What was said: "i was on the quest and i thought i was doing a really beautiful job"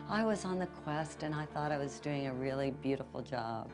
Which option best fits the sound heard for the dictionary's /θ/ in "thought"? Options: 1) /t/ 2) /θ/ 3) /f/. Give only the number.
2